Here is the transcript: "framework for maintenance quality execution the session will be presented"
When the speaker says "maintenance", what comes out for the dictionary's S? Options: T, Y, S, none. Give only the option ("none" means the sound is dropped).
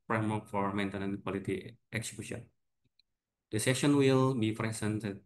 none